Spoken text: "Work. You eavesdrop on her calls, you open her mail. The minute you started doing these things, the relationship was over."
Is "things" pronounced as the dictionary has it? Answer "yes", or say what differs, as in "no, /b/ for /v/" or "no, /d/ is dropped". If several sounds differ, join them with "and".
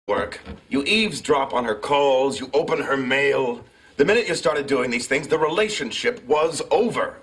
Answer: yes